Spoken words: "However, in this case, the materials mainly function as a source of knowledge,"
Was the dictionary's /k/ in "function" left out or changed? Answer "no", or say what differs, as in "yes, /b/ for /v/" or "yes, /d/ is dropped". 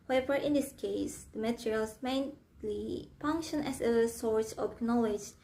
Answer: no